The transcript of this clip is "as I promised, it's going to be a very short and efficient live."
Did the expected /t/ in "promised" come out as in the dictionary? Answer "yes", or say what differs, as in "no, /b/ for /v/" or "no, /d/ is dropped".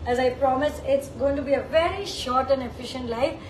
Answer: no, /t/ is dropped